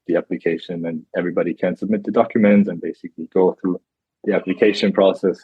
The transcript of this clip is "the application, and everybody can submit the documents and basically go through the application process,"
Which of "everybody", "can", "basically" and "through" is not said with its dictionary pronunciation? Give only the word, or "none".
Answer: none